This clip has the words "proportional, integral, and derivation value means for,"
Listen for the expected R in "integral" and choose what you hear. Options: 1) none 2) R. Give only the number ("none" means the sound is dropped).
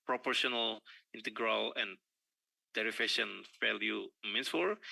2